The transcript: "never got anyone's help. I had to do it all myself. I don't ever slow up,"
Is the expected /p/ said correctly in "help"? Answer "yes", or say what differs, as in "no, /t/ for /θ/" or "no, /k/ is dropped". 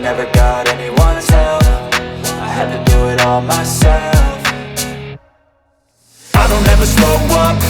no, /f/ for /p/